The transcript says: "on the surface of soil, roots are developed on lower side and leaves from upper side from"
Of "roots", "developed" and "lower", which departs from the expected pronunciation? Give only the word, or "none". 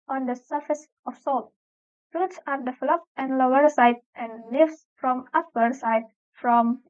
developed